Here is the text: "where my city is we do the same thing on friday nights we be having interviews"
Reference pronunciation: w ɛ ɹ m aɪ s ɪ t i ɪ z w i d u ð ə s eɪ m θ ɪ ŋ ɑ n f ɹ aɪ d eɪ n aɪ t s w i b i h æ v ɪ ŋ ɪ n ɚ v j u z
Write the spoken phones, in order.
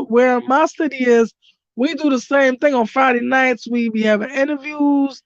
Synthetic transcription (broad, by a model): w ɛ ɹ m aɪ s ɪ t i ɪ z w i d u ð ə s eɪ m θ ɪ ŋ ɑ n f ɹ aɪ d eɪ n aɪ t s w i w i h æ v ɪ ŋ ɪ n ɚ v j u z